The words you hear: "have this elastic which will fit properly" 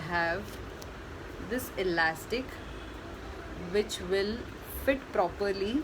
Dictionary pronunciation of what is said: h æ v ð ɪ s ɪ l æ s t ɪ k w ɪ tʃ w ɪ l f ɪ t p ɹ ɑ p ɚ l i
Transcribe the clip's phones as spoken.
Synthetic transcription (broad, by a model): h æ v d ɪ s ɪ l æ s t ɪ k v ɪ tʃ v ɪ l f ɪ t p ɹ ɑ p ɚ l i